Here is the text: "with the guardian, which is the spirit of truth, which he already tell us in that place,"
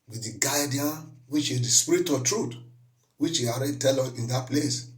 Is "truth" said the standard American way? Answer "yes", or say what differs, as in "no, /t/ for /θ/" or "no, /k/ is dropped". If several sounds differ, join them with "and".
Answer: no, /t/ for /θ/